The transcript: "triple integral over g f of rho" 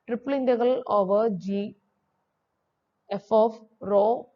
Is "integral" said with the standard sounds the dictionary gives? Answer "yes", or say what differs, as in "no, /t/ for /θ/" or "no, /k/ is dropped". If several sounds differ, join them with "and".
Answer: no, /ɹ/ is dropped